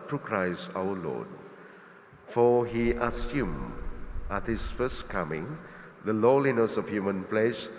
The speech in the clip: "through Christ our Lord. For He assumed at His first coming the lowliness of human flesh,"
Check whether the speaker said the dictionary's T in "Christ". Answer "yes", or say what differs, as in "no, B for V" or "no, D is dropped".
no, T is dropped